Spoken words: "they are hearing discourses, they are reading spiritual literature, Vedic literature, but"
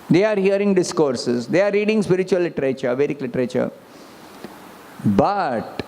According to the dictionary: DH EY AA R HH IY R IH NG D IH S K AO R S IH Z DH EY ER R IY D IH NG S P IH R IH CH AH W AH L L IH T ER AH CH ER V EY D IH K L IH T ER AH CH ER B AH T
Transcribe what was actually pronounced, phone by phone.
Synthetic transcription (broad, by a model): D EY AA R HH IY R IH NG D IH S K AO R S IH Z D EY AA R IY D IH NG S P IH R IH CH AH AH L L IH T ER AH CH ER V EY D IH K L IH T ER AH CH ER B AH T